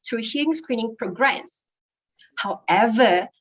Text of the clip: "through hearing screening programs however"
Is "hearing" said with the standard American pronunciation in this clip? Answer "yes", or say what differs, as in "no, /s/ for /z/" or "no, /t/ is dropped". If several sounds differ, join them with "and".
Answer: no, /ɹ/ is dropped